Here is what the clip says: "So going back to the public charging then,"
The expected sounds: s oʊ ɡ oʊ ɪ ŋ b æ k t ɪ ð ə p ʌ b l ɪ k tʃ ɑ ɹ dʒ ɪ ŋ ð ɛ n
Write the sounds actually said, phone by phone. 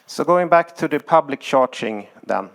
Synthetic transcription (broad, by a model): s oʊ ɡ oʊ ɪ ŋ b æ k t ɪ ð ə p ʌ b l ɪ k ʃ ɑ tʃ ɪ ŋ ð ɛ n